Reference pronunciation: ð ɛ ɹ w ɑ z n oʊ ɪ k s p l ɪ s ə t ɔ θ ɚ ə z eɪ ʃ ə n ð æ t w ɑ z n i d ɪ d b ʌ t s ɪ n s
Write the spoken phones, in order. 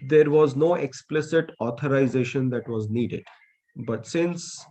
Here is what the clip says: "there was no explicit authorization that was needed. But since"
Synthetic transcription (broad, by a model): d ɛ ɹ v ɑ z n oʊ ɪ k s p l ɪ s ə t ɔ t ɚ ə z eɪ ʃ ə n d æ t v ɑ z n i d ɪ d b ʌ t s ɪ n s